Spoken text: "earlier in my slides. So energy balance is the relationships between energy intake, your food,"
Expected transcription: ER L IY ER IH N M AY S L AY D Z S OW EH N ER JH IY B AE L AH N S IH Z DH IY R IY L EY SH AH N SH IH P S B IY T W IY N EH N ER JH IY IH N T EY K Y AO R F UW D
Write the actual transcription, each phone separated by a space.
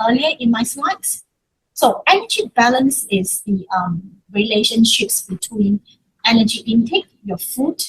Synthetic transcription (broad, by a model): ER L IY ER IH N M AY S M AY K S S OW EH N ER JH IY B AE L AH N S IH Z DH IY R IY L EY SH AH N SH IH P S B IY T W IY N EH N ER JH IY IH N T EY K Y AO F UW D